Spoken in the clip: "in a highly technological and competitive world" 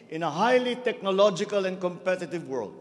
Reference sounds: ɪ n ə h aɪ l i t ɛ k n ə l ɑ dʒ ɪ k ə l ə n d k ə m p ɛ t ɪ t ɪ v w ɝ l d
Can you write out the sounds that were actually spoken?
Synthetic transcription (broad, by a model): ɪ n ə h aɪ l i t ɛ k n ə l ɑ dʒ ɪ k ə l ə n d k ə m p ɛ t ɪ t ɪ v w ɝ l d